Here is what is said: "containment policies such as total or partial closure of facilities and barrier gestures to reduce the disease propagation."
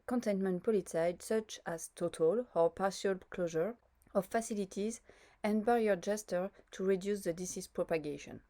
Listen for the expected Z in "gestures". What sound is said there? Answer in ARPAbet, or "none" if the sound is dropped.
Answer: none